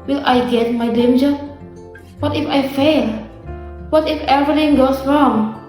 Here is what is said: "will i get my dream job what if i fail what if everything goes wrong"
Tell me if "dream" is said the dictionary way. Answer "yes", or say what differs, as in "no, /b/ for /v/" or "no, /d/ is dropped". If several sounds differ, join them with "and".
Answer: no, /ɹ/ is dropped